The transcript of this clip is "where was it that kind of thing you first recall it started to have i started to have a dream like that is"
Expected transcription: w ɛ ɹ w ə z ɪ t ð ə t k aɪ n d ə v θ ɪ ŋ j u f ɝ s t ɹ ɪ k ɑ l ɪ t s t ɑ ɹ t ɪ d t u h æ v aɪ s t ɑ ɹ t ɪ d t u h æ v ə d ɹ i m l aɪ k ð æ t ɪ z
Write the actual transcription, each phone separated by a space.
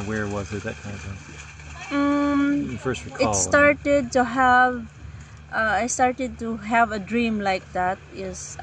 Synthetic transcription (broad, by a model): w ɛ ɹ w ə z ɪ t ð ə t k aɪ n d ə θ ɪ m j f ɝ s t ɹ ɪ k ɪ t s t ɑ ɹ t ɪ d t u h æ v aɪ s t ɑ ɹ t ɪ d t u h æ v ə d ɹ i m l aɪ k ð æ t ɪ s